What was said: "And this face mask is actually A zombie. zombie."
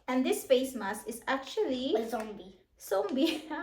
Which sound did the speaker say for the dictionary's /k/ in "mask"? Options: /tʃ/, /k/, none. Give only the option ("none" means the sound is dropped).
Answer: none